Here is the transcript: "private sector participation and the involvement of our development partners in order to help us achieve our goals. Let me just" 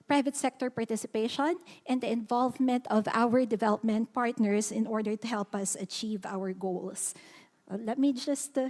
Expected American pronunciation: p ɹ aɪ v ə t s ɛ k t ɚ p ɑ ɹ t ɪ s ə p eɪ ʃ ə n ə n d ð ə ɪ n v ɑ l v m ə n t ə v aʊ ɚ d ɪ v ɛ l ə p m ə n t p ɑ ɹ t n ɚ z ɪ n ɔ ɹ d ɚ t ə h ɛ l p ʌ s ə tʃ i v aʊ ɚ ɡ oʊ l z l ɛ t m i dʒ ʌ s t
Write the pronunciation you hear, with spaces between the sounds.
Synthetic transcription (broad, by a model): p ɹ aɪ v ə t s ɛ k t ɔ p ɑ ɹ t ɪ s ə p eɪ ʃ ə n ə n d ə ɪ n v ɑ l v m ə n t ə v aʊ ɚ d ɪ v ɛ l ə p m ə n t p ɑ ɹ t n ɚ s ɪ n ɔ ɹ d ɚ t ə h ɛ l p ʌ s ə tʃ i v aʊ ɚ ɡ oʊ l s l ɛ t m i dʒ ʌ s t